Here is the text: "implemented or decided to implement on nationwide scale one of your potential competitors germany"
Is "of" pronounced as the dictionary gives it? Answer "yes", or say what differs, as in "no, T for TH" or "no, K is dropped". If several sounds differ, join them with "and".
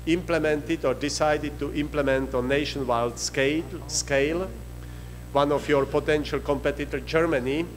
no, F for V